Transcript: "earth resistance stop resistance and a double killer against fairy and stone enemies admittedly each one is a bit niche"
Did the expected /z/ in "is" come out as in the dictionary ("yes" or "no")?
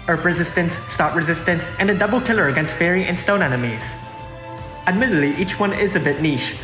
yes